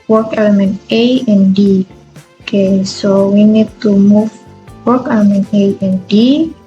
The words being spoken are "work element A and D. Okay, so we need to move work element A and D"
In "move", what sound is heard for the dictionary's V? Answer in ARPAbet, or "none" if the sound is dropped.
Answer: F